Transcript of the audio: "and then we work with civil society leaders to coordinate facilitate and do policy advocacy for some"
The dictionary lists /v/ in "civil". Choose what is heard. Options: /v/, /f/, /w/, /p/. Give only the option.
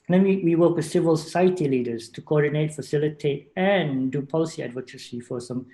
/v/